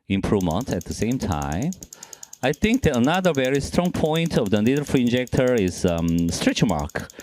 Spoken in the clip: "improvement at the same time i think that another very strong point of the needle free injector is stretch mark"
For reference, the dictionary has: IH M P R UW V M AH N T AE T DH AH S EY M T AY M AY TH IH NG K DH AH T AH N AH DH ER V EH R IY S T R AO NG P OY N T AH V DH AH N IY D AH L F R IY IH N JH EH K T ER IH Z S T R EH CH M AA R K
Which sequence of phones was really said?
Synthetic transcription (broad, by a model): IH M P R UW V M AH N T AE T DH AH S EY M T AY M AY TH IH NG K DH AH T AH N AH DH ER V EH R IY S T R AO NG P OY N T AH V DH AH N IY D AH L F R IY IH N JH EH K T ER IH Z S T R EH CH M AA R K